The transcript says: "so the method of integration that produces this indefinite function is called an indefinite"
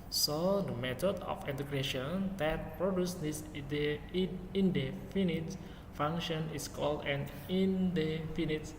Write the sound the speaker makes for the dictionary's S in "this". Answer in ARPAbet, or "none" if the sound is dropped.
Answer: none